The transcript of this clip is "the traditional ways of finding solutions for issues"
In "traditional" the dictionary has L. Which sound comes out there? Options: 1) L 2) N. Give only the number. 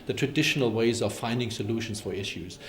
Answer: 1